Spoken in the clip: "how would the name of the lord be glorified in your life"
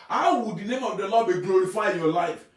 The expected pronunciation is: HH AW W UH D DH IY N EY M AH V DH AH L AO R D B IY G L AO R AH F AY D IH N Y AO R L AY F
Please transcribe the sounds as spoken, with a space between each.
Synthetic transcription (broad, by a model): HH AW W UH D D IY N EY M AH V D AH L AO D B IY G L AO R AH F AY IH N Y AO L AY F